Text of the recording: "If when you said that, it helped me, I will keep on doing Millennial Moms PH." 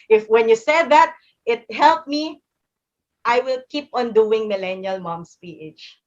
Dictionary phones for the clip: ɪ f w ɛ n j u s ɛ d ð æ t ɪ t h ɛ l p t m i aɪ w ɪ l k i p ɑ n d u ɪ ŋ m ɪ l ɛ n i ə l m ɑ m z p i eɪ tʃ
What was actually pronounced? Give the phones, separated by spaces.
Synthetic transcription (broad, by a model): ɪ f w ɛ n j u s ɛ d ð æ t ɪ t h ɛ l p m i aɪ w ɪ l k i p ɑ n d u ɪ ŋ m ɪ l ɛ n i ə l m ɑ m s p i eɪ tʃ